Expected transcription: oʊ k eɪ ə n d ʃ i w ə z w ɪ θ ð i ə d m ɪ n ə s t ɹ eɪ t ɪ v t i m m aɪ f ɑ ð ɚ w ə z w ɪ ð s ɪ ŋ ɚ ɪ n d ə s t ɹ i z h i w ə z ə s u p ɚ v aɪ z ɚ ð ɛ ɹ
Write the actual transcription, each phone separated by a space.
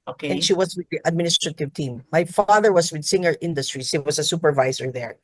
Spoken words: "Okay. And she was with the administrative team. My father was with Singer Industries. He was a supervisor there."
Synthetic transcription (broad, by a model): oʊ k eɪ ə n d ʃ i w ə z w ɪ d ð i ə d m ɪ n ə s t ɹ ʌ t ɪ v t i m m aɪ f ɑ ð ɚ w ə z w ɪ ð s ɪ ŋ ɚ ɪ n d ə s t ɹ i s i w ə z ə s u p ɚ v aɪ z ɚ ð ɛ ɹ